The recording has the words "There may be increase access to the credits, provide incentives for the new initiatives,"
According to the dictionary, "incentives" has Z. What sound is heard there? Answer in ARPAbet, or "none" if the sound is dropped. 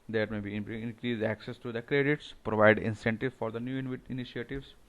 none